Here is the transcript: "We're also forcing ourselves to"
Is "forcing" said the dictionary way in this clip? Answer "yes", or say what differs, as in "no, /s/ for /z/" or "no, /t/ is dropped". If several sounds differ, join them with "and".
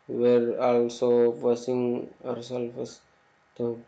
no, /p/ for /f/